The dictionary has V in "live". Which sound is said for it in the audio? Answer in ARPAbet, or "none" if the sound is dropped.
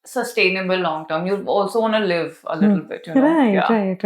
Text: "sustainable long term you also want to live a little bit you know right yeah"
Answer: V